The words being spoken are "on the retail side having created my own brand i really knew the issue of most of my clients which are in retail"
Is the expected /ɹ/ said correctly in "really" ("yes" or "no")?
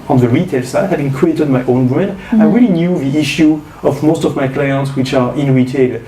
yes